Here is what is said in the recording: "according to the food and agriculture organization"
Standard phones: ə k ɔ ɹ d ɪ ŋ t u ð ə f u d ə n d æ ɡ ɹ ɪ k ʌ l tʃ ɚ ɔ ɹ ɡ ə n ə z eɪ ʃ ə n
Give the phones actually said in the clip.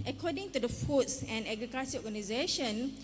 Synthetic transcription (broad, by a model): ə k ɔ d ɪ ŋ t u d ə f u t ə n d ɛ ɡ ɹ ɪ k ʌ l s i ɔ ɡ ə n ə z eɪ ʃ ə n